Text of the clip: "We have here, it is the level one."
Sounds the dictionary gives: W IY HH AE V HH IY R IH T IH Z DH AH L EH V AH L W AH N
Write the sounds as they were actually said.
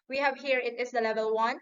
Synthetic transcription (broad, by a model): W IY HH AE V HH IY R IH T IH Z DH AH L EH V AH L W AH N